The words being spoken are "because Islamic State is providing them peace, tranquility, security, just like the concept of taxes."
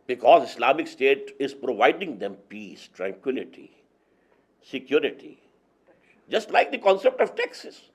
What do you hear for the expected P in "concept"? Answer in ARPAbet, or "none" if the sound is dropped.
P